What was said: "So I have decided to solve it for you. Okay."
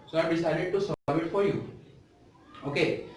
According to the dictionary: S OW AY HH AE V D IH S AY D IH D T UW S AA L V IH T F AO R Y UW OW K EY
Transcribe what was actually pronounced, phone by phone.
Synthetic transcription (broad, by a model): S OW AY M D IH S AY D IH D T UW S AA V IH T F AO R Y UW OW K EY